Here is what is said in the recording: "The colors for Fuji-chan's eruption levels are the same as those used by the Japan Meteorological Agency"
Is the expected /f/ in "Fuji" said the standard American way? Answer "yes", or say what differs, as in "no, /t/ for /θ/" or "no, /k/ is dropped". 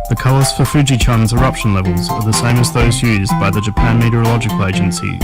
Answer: yes